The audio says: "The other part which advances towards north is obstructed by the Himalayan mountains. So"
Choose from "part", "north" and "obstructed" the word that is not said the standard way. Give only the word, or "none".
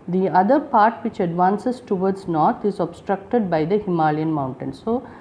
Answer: north